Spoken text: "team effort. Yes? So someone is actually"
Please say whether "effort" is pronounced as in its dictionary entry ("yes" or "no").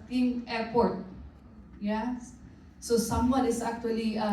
no